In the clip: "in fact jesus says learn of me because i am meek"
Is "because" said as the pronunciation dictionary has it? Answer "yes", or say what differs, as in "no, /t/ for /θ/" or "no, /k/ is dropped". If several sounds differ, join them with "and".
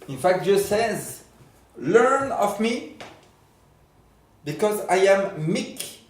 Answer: yes